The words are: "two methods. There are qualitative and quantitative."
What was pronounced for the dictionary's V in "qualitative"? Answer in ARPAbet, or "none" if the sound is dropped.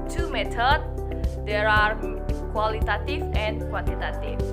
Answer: F